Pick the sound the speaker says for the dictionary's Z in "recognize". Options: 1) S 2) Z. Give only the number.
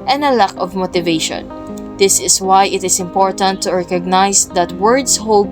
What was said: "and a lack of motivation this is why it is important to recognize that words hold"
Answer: 1